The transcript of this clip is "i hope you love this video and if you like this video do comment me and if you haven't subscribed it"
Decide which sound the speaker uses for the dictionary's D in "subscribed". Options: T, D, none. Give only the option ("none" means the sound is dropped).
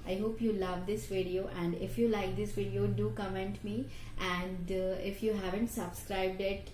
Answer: D